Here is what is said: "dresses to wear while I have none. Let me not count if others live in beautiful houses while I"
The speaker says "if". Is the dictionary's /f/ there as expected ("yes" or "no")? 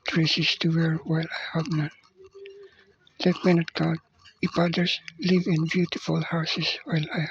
no